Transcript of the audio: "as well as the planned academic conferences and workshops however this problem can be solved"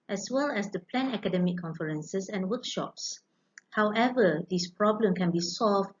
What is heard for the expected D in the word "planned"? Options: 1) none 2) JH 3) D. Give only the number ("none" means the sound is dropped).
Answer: 1